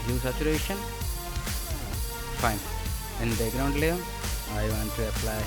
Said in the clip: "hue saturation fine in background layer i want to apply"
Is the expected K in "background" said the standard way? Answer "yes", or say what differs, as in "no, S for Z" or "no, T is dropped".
no, K is dropped